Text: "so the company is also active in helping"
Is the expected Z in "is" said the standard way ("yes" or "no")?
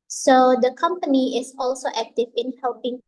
no